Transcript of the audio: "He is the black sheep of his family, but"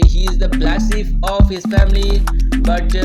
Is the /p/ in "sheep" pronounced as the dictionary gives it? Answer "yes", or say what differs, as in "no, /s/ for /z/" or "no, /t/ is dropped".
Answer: no, /f/ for /p/